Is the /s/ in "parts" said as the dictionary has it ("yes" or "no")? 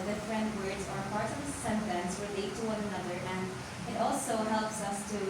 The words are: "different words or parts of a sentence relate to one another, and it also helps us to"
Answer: no